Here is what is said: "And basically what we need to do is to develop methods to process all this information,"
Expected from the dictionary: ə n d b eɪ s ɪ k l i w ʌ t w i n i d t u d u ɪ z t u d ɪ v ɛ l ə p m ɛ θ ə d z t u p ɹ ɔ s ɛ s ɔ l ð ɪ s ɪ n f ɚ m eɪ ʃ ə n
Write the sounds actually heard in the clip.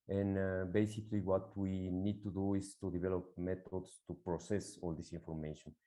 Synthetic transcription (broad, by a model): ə n b eɪ s ɪ k l i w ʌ t w i n i d t u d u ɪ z t u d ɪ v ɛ l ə p m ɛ t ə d s t u p ɹ ɔ s ɛ s ɔ l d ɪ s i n f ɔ m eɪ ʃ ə n